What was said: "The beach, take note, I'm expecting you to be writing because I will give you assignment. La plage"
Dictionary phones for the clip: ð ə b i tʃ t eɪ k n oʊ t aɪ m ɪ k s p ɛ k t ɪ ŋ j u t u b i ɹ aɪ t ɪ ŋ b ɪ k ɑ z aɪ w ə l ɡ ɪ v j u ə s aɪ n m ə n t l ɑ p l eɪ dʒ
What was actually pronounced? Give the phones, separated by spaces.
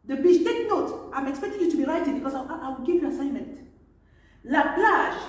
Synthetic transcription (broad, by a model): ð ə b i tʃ t eɪ k n oʊ t aɪ m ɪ k s p ɛ k t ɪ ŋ j u t u b i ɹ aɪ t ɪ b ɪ k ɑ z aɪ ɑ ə w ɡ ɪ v ə s aɪ n m ə n t l ɑ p l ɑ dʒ